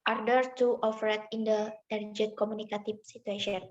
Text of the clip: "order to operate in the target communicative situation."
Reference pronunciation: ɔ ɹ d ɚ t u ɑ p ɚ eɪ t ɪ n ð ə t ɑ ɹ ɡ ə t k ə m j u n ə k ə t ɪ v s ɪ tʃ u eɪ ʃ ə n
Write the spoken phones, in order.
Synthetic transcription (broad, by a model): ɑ ɹ d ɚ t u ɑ f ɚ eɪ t ɪ n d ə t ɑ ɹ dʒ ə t k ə m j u n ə k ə t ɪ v s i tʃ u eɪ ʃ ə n